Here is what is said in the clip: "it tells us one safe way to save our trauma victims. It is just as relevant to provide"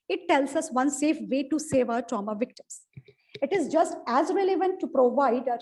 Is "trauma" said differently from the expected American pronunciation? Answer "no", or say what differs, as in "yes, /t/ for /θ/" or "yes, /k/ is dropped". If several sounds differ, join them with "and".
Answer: no